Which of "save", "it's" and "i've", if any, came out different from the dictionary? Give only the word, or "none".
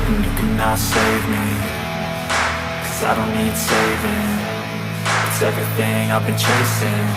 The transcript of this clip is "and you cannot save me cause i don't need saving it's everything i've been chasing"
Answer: none